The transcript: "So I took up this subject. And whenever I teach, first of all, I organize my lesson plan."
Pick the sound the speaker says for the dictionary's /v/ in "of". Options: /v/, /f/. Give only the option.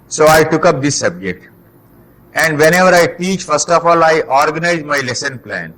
/f/